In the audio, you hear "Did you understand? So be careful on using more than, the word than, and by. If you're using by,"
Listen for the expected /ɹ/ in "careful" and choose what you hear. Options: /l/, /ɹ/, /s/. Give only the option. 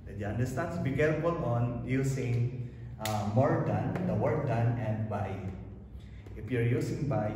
/l/